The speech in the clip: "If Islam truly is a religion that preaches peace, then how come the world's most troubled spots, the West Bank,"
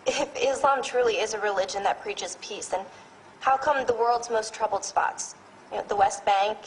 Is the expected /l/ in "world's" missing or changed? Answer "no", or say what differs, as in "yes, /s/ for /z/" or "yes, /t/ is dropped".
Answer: no